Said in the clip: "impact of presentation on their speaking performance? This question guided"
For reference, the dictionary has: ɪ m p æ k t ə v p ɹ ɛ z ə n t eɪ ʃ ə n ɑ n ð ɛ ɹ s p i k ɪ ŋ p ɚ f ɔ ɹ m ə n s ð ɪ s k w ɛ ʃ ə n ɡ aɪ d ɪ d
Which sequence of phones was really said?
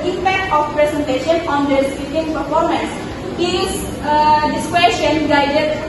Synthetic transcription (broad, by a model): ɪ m p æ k t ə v p ɹ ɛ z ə n t eɪ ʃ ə n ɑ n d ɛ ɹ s i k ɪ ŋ p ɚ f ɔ ɹ m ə n s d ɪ s k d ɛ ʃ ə n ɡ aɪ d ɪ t